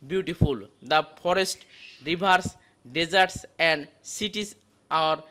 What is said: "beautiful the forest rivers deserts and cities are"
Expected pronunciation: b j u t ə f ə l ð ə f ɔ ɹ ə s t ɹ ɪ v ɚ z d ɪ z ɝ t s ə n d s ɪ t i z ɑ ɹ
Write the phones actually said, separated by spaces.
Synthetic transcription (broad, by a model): b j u t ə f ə l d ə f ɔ ɹ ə s t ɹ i b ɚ s d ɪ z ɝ t s ə n d s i t i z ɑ ɹ